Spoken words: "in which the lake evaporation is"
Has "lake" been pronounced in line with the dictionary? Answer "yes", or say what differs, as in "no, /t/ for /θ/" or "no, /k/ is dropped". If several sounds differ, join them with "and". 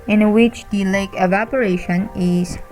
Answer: yes